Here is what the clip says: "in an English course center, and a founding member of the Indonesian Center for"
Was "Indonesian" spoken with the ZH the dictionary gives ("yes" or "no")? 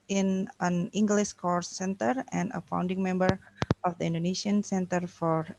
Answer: no